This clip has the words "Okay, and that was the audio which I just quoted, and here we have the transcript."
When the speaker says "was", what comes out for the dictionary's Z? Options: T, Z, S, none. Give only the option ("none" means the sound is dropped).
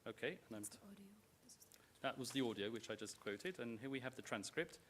Z